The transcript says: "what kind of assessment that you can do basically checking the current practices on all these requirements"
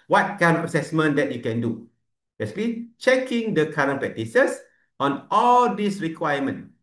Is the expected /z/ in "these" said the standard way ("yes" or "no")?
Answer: no